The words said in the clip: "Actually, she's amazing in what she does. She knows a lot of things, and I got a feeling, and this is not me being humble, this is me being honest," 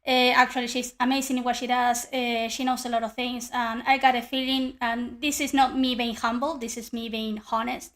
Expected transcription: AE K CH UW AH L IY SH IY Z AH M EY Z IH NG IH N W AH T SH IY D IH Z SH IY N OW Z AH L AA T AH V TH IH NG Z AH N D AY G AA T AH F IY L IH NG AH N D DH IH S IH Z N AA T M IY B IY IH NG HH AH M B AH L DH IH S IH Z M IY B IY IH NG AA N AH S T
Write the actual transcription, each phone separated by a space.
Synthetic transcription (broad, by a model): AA K CH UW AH L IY SH IY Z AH M EY S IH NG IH W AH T SH IY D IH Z SH IY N OW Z AH L AA T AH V TH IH NG S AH N AY G AA T AH F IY L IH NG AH N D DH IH S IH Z N AA T M IY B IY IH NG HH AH M B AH L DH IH S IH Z M IY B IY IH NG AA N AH S T